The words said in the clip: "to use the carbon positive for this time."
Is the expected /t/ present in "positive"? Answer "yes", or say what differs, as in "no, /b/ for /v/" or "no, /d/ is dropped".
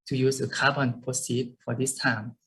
no, /s/ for /t/